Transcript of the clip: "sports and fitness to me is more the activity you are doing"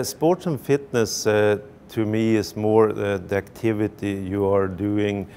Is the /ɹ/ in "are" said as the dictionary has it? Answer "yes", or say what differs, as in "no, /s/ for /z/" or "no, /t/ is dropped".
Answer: yes